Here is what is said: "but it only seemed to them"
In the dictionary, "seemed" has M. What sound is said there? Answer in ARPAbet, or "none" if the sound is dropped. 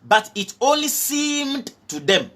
M